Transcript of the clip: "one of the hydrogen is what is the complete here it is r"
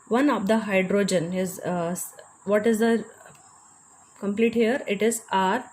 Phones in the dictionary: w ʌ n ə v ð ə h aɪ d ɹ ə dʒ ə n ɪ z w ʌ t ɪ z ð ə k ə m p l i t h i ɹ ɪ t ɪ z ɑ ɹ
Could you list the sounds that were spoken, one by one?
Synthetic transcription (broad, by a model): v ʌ n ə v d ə h aɪ d ɹ ə dʒ ə n ɪ z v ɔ t ɪ z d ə k ə m p l i t h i ɹ ɪ t ɪ z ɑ ɹ